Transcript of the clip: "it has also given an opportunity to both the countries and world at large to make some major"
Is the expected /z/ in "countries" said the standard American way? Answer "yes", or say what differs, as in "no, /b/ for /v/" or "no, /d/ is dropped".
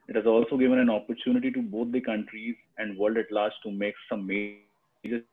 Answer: yes